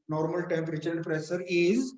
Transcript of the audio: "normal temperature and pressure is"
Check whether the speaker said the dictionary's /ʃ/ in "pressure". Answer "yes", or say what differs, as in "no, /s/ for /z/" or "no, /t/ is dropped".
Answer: no, /s/ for /ʃ/